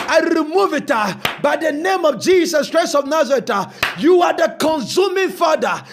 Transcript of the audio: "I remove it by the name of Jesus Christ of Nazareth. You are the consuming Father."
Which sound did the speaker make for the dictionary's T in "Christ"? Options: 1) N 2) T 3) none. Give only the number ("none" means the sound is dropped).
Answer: 3